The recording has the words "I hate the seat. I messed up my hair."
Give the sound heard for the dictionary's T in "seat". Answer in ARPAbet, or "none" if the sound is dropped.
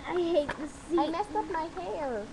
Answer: none